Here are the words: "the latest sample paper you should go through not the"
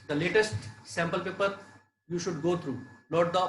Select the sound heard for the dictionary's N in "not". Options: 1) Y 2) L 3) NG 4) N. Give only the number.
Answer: 2